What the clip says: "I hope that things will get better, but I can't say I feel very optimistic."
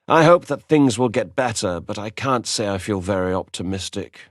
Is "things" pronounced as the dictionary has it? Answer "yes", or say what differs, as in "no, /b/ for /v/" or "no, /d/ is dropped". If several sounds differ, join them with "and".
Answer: yes